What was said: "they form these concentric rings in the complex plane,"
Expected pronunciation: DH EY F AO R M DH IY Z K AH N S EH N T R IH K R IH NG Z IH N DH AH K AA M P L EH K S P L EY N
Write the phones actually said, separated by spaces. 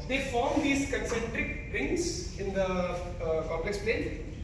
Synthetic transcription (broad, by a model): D EY F AO R M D IY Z K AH N S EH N T R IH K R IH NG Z IH N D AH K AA P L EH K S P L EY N